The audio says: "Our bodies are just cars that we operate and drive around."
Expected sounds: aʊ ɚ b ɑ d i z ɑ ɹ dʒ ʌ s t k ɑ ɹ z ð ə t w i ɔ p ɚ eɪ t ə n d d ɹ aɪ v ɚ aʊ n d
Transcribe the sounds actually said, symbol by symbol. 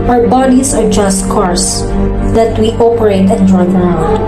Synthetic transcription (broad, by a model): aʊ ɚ b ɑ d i s ɑ ɹ dʒ ʌ s t k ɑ ɹ s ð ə t w i ɔ p ɚ eɪ t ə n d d ɹ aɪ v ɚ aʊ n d